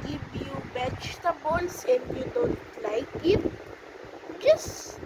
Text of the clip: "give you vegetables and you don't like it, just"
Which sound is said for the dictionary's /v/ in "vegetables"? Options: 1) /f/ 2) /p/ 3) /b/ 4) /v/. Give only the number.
3